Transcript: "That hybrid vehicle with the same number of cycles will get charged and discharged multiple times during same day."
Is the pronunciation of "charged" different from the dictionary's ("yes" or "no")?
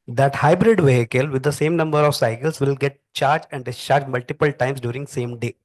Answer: yes